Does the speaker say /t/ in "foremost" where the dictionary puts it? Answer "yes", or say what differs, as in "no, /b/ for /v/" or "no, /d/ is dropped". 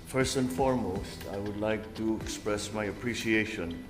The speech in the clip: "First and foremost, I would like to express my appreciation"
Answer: yes